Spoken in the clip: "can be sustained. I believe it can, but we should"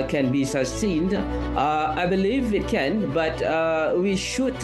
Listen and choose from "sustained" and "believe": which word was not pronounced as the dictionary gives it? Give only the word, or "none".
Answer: none